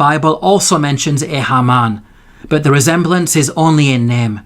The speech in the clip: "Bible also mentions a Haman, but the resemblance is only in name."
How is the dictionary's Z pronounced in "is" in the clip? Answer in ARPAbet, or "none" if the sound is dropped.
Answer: Z